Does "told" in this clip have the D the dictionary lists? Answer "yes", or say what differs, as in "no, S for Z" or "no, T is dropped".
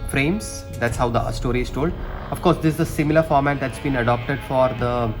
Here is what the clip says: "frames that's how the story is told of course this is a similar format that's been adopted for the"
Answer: yes